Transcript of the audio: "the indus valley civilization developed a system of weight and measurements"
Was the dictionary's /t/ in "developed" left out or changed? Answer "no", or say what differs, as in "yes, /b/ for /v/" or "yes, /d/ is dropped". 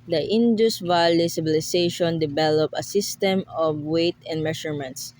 yes, /t/ is dropped